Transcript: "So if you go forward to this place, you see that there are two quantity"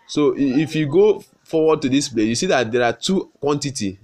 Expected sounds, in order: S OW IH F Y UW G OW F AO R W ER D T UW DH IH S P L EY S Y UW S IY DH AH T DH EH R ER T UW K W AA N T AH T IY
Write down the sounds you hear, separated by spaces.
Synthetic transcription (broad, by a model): S OW IH F Y UW G OW F AO W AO D T UW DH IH S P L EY Y UW S IY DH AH T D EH R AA T UW K W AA N T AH T IY